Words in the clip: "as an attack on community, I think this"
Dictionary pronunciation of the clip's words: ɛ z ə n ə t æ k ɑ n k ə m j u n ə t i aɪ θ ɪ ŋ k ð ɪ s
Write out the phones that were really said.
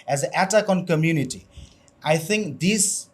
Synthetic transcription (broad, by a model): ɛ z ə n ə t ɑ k ɑ n k ə m j u n ə t i aɪ θ ɪ ŋ k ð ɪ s